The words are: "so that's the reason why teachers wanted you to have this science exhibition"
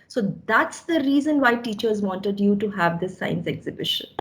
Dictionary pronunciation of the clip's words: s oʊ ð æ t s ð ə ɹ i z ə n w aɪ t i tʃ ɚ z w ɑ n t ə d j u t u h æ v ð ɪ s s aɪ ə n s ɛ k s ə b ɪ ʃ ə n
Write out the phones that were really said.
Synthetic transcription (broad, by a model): s oʊ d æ t s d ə ɹ i z ə n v aɪ t i tʃ ɚ z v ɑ n t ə d j u t u h æ v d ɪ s s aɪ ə n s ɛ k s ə b ɪ ʃ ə n